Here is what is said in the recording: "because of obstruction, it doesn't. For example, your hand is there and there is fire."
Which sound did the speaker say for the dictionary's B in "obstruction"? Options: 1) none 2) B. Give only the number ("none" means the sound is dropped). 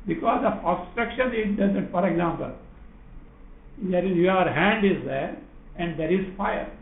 1